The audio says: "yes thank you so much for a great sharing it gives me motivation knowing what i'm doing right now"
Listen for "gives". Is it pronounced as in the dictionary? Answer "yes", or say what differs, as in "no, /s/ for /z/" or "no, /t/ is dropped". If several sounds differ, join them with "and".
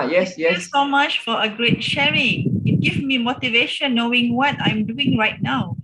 no, /z/ is dropped